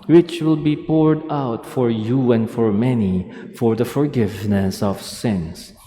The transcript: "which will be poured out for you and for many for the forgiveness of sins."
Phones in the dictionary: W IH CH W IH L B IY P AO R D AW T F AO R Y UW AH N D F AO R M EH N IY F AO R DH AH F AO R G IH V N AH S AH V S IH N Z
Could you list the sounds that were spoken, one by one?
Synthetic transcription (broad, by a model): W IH CH W IH L B IY P AO R D AW T F AO R Y UW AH N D F AO R M EH N IY F AO R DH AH F AO R G IH V N AH S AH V S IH N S